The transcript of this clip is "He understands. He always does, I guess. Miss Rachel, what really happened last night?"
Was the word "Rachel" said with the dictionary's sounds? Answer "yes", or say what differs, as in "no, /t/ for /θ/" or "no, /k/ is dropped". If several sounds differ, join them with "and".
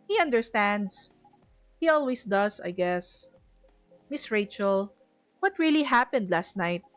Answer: yes